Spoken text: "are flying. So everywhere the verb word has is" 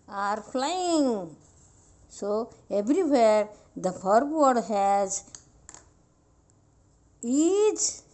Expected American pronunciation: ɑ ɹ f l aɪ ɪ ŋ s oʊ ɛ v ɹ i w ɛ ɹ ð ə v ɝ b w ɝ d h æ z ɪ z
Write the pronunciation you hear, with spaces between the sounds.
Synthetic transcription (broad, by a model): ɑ ɹ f l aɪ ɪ ŋ s oʊ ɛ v ɹ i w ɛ ɹ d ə f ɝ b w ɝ d h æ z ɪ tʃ